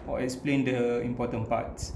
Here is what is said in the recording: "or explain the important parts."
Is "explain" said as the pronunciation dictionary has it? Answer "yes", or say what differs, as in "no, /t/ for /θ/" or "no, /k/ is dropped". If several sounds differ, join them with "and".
yes